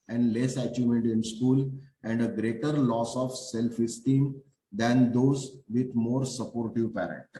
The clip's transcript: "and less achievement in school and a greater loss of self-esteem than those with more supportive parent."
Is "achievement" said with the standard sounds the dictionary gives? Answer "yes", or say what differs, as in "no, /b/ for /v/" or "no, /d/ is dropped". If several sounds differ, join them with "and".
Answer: no, /v/ is dropped